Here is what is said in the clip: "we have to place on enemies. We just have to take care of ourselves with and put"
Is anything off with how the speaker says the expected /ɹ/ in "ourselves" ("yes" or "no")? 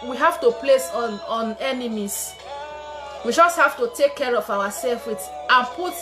yes